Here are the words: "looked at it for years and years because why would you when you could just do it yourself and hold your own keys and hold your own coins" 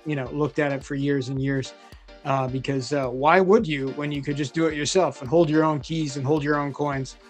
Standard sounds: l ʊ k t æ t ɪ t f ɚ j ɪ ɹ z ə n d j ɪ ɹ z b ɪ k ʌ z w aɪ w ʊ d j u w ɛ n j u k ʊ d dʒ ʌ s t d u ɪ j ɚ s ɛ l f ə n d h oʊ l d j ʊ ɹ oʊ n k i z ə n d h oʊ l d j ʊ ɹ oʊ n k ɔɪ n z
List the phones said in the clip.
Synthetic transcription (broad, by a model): l ʊ k t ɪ t ɪ t f ɚ j ɪ ɹ z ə n j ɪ ɹ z b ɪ k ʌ z w aɪ w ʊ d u w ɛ n j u k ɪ d dʒ ʌ s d ɪ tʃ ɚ s ɛ l f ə n h oʊ l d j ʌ ɹ oʊ n k i z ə n h oʊ l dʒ j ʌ ɹ oʊ n k ɔɪ n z